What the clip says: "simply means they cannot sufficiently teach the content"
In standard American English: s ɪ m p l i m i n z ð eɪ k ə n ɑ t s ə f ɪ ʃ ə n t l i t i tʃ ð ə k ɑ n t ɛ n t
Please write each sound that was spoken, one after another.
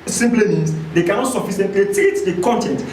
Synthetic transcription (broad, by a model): s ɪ m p l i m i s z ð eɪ k ə n ɑ t s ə f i s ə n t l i t i tʃ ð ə k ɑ n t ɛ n t